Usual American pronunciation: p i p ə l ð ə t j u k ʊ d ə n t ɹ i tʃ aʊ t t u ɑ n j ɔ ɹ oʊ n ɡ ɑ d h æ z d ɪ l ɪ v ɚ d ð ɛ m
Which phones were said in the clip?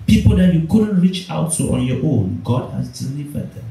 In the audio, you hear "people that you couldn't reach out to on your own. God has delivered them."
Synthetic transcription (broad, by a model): p i p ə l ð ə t j u k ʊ d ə n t ɹ i tʃ aʊ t t u ɑ n j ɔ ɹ oʊ n ɡ ɑ d h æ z d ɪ l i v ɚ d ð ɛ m